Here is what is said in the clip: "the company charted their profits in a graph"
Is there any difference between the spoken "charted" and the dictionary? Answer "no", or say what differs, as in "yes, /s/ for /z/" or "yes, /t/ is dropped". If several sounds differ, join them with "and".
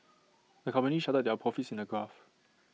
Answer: yes, /ʃ/ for /tʃ/